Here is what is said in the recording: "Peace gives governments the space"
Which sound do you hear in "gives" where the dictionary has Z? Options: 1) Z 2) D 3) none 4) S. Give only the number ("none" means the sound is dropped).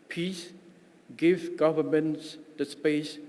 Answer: 3